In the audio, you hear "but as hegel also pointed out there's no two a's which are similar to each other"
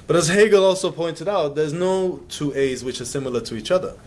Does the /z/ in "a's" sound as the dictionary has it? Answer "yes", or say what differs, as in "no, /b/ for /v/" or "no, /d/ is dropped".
yes